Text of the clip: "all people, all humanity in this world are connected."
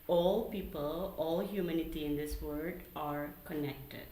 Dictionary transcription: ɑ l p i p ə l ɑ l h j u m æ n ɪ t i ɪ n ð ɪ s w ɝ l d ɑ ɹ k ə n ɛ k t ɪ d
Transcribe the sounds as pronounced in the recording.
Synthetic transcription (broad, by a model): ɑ l p i p ə l ɑ l h j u m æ n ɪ t i ɪ n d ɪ s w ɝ d ɑ ɹ k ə n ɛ k t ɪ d